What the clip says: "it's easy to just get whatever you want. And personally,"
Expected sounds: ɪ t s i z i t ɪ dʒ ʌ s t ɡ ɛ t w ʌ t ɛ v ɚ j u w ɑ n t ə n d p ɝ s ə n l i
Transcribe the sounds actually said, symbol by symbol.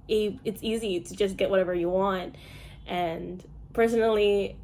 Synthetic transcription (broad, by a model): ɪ t s i z i t ɪ dʒ ʌ s ɡ ɛ t w ʌ t ɛ v ɚ j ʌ w ɑ n t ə n p ɝ s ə n l i